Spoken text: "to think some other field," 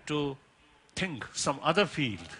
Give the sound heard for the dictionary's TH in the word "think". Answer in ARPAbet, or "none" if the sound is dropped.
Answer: T